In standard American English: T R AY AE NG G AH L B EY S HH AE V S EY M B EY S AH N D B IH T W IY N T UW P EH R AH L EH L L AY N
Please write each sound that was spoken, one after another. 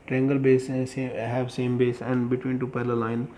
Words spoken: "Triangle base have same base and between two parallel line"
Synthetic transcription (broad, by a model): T R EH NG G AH L B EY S HH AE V S EY M B EY S AH N D B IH T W IY N T UW P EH L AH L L L AY N